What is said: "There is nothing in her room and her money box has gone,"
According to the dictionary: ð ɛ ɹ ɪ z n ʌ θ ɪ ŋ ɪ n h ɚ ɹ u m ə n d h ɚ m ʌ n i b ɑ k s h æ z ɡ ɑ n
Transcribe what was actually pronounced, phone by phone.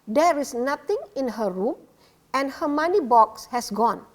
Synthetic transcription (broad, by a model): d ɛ ɹ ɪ s n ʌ t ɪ ŋ ɪ n h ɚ ɹ u m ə n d h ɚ m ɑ n i b ɑ k s h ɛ s ɡ ɑ n